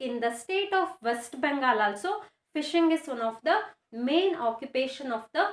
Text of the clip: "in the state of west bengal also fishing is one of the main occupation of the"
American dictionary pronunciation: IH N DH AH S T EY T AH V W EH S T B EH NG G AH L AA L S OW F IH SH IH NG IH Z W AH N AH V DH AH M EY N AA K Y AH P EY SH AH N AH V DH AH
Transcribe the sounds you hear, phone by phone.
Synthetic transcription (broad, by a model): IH N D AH S T EY T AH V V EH S T B EH NG G AH L AA L S OW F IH SH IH NG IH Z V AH N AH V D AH M EY N AA K Y AH P EY SH AH N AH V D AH